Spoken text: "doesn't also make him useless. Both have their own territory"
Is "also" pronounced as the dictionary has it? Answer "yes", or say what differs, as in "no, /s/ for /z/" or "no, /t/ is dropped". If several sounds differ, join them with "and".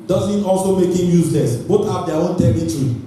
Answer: yes